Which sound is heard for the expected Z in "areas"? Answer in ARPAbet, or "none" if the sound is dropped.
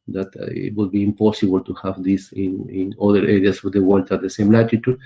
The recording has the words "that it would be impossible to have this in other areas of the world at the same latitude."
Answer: S